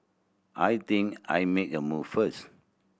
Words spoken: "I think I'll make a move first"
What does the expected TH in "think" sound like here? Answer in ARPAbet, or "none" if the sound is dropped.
T